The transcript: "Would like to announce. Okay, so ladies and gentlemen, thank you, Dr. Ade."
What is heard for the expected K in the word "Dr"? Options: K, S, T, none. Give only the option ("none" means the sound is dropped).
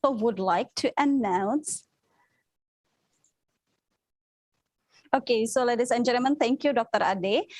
K